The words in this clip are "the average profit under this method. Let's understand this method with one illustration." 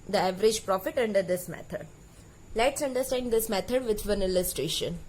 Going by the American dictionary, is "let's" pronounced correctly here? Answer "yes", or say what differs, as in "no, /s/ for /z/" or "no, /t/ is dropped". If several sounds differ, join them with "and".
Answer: yes